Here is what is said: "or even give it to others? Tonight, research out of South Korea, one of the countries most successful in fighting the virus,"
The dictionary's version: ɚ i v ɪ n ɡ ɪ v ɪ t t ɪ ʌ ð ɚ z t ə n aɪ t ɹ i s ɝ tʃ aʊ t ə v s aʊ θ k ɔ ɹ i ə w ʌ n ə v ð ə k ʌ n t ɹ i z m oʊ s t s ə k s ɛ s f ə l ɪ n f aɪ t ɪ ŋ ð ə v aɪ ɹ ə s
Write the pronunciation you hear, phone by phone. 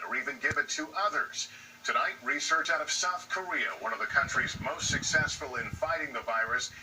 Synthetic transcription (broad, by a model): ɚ i v ɪ n ɡ ɪ v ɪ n t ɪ ʌ ð ɚ z t ə n aɪ t ɹ i s ɝ tʃ aʊ t ə v s aʊ θ k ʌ ɹ i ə w ʌ n ə v ð ə k ʌ n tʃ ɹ i z m oʊ s t s ə k s ɛ s f ə l ɪ n f aɪ t ɪ ŋ ð ə v aɪ ɹ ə s